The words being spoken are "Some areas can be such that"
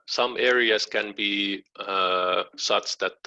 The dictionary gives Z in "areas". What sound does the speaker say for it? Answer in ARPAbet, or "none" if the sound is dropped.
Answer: S